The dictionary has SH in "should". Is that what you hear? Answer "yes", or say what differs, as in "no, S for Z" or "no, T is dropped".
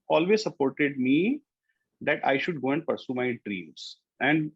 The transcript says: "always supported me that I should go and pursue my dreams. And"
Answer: yes